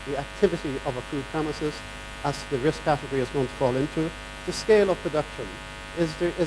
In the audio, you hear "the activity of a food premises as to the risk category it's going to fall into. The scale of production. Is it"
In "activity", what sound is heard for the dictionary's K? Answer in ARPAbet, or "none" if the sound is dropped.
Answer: K